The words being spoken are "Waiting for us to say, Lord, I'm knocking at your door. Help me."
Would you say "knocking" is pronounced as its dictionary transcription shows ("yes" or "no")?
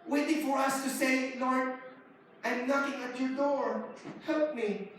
no